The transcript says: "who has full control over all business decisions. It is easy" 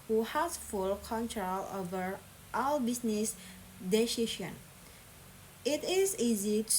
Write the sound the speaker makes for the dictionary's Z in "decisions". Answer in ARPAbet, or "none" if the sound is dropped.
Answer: none